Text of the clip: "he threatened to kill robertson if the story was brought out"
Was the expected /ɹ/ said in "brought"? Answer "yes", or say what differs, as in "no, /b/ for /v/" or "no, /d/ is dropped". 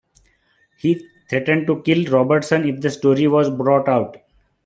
yes